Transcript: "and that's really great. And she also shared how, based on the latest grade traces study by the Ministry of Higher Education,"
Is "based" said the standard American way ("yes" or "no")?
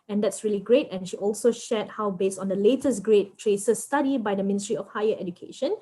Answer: yes